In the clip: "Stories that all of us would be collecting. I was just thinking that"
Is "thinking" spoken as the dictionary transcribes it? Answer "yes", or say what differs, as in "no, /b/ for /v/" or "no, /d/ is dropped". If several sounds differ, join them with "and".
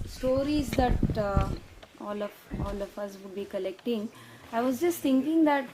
no, /t/ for /θ/